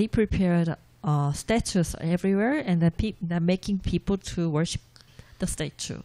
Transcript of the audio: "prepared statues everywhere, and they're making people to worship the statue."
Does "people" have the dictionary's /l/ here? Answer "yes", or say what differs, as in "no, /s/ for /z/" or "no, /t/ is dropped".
yes